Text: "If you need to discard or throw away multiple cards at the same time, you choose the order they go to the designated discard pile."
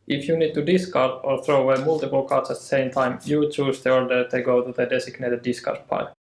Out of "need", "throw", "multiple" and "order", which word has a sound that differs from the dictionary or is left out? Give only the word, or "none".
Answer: none